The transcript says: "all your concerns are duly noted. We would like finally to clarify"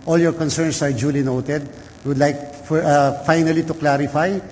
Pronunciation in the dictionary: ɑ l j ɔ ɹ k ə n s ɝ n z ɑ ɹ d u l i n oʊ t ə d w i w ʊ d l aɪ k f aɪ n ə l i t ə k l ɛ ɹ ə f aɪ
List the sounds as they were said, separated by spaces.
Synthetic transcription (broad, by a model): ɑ l j ɔ ɹ k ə n s ɝ n s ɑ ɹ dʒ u l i n oʊ t ə d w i w ʊ d l aɪ k f aɪ n ə l i t ə k l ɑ ɹ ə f aɪ